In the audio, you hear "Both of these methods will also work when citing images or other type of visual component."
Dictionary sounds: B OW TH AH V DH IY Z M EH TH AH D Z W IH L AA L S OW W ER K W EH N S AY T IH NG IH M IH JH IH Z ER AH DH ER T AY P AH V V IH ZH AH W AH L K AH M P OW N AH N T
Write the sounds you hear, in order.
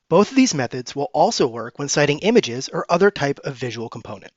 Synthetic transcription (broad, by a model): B OW TH AH V DH IY Z M EH TH AH D Z W IH L AA L S OW W ER K W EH N S AY T IH NG IH M IH JH IH Z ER AH DH ER T AY P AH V V IH ZH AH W L K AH M P OW N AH N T